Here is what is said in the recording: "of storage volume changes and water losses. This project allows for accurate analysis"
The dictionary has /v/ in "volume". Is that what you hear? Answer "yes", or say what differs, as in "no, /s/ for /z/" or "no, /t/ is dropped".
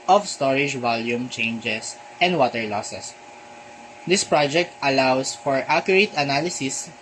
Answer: yes